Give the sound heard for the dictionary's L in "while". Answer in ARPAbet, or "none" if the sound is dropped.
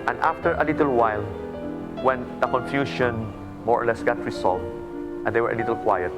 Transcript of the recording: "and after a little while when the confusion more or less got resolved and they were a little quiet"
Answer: L